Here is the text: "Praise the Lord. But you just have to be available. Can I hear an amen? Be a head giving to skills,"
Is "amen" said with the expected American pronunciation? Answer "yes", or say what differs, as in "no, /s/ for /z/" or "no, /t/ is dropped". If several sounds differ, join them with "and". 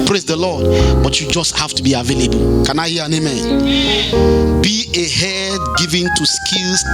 yes